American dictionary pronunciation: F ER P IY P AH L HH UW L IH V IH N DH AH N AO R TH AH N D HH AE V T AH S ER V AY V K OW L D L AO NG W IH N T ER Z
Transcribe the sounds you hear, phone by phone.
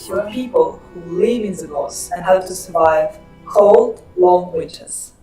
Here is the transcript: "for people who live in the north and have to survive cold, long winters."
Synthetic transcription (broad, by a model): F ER P IY P AH L HH UW L IH V IH N DH AH L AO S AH N HH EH P T AH S ER V AY V K OW L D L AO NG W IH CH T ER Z